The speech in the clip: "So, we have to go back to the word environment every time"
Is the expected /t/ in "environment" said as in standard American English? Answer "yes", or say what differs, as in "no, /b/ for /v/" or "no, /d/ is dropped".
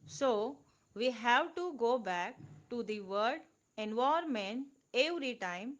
no, /t/ is dropped